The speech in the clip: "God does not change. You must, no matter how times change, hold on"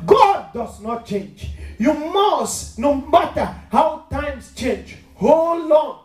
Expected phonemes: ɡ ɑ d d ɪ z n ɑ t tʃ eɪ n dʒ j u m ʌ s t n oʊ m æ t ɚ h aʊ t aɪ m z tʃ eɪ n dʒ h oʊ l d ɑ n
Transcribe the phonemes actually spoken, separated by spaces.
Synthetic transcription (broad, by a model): ɡ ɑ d d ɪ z n ɑ t tʃ eɪ n dʒ j u m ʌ s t n oʊ m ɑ t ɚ h aʊ t aɪ m s tʃ eɪ n dʒ h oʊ l ɑ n